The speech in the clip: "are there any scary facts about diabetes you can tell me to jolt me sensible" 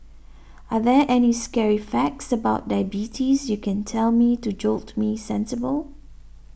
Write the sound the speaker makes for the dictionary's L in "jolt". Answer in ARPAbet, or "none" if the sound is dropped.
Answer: L